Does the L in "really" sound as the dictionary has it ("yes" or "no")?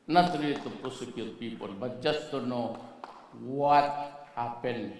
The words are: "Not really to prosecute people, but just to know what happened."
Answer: no